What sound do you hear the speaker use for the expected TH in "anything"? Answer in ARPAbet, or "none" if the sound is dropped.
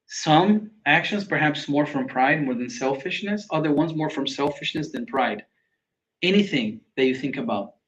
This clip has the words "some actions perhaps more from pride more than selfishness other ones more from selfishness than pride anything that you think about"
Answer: TH